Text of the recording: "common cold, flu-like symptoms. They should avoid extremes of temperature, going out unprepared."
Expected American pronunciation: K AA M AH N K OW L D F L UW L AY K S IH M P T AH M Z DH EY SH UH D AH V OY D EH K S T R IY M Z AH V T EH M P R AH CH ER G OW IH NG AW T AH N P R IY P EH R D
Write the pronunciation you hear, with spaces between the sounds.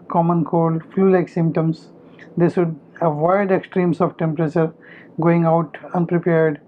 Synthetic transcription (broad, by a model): K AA M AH N K OW L D F L UW L AY K S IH M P T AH M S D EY S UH D AH V OY D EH K S T R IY M S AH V T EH M P R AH CH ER G OW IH NG AW T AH N P R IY P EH R D